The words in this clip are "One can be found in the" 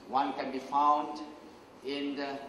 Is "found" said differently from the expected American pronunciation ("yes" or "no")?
no